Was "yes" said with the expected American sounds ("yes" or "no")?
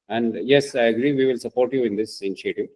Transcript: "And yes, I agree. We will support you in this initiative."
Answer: yes